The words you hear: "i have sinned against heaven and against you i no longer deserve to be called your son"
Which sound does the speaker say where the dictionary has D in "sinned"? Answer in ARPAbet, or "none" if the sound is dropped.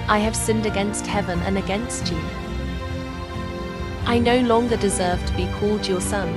D